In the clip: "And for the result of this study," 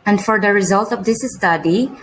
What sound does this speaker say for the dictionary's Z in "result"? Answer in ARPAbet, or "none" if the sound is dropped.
Z